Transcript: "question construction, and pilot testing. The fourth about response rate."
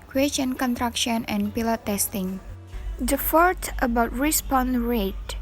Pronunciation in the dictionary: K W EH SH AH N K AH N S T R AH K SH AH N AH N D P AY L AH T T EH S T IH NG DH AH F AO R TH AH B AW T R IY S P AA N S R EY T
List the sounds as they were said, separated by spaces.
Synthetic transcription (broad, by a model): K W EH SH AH N K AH N T R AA K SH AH N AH N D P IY L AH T T EH S T IH NG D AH F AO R T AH B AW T R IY S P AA N R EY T